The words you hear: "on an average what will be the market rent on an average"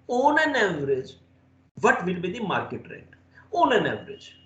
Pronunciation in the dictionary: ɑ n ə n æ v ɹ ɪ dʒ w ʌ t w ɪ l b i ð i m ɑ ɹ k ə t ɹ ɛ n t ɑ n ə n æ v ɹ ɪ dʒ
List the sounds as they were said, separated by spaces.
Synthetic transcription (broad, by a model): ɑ n ə n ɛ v ɹ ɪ dʒ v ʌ t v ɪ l b i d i m ɑ ɹ k ə t ɹ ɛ t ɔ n ə n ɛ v ɹ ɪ dʒ